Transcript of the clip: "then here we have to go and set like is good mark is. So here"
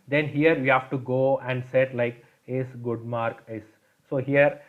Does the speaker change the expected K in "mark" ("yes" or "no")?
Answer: no